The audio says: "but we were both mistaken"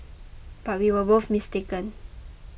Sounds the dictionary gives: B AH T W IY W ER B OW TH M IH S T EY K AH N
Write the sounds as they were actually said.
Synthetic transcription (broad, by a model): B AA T W IY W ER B OW F M IH S T EY K AH N